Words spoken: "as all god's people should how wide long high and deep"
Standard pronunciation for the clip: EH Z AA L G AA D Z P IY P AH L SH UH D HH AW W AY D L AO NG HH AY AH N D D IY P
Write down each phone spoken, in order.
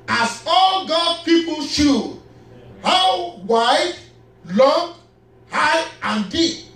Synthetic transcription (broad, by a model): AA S AA L G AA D P IY P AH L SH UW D HH AW W AY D L AO NG HH AY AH N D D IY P